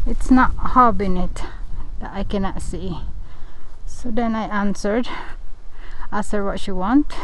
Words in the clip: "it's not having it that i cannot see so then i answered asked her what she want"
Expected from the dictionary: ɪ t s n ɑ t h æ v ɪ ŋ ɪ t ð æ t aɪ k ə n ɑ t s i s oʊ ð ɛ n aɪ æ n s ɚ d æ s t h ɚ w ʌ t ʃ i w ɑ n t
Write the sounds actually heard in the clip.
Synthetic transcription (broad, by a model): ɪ t s n ɑ t h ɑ b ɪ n ɪ t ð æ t aɪ k ə n ɑ t s i s oʊ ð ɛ n aɪ æ n s ɚ d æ s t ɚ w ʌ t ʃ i w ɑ n t